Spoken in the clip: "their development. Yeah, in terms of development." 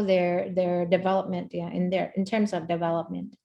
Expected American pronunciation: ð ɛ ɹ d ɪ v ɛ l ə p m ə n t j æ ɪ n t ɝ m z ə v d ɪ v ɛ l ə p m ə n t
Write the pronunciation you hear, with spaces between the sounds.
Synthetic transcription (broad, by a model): ð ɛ ɹ d ɪ v ɛ l ə p m ə n t j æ ɪ n t ɝ m z ə v d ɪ v ɛ l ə p m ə n t